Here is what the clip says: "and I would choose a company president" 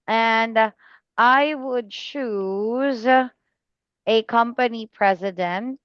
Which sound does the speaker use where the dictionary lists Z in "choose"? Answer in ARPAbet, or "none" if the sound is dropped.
Z